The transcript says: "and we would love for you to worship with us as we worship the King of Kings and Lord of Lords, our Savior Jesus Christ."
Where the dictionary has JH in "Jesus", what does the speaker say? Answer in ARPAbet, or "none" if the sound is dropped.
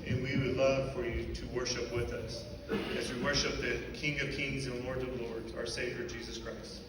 JH